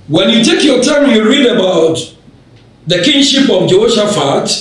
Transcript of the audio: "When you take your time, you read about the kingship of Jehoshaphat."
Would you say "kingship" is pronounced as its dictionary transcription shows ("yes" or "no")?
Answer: yes